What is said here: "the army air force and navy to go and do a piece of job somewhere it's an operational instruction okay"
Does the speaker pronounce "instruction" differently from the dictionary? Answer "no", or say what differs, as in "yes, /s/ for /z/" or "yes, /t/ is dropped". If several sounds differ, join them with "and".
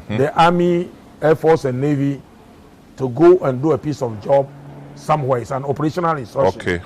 yes, /ʃ/ is dropped